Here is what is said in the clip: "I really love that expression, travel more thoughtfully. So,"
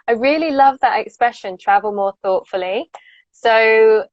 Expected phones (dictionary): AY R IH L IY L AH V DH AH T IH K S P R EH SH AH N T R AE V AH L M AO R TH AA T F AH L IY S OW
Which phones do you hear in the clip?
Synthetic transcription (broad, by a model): AY R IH L IY L AH V DH AH T IH K S P R EH SH AH N T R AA V AH L M AO TH AA T F AH L IY S OW